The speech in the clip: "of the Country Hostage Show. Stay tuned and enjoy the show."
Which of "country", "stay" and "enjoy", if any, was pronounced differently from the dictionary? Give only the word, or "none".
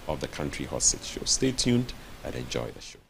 none